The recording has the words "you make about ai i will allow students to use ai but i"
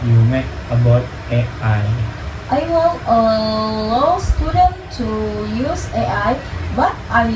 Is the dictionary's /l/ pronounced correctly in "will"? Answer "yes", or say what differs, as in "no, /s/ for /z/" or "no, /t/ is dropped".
no, /n/ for /l/